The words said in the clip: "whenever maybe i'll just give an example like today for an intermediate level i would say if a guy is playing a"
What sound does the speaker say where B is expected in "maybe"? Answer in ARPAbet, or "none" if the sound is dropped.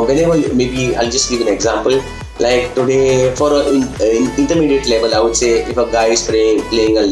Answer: B